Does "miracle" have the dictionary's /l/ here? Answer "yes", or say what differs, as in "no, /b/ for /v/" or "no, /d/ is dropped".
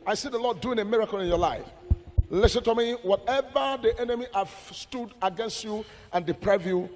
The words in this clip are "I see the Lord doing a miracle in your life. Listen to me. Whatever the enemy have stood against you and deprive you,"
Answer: yes